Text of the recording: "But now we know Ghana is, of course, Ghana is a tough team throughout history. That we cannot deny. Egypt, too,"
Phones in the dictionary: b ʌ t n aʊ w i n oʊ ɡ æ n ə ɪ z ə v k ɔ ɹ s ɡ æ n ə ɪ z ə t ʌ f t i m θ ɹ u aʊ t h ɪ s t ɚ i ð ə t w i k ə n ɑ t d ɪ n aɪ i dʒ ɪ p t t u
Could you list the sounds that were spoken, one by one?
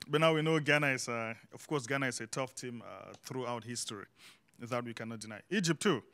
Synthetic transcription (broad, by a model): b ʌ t n aʊ w i n oʊ ɡ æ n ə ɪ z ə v k ɔ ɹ s ɡ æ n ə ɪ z ə t ʌ f t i m θ ɹ u aʊ t h ɪ s t ɚ i ð ə t w i k ə n ɑ t d ɪ n aɪ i dʒ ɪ p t t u